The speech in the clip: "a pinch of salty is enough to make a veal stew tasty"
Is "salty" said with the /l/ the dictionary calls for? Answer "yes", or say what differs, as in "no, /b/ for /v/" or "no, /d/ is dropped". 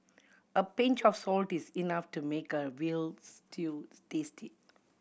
yes